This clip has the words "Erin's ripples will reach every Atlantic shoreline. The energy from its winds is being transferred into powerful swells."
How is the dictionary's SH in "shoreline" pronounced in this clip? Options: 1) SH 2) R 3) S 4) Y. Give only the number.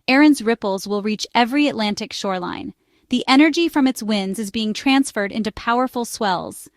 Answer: 1